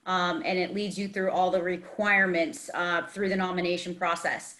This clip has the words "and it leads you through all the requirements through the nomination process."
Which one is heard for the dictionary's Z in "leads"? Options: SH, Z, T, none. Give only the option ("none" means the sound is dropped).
Z